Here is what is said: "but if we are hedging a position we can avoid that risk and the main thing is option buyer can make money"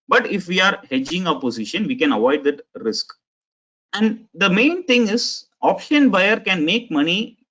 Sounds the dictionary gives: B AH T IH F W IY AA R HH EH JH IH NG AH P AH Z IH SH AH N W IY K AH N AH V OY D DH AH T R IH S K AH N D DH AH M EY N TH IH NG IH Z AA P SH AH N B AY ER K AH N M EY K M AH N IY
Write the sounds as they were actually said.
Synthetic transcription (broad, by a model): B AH T IH F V IY AA R HH EH JH IH NG AH P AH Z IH SH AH N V IY K AH N AH V OY D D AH T R IH S K AH N D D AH M EY N T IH NG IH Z AA P SH AH N B AY ER K AH N M EY K M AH N IY